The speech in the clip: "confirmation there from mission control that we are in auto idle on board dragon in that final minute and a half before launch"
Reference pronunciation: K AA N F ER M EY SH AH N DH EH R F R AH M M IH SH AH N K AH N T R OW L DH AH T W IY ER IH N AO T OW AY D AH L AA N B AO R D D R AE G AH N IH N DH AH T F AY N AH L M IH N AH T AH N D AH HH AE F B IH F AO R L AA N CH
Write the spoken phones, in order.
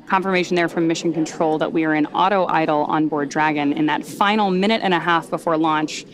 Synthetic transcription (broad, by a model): K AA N F ER M EY SH N DH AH R F R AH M M IH SH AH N K AH N T R OW L DH AH T W IY ER IH N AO T OW AY D L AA N B AO R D D R AE G AH N IH N DH AH T F AY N L M IH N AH T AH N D AH HH AE F B IH F AO R L AA N CH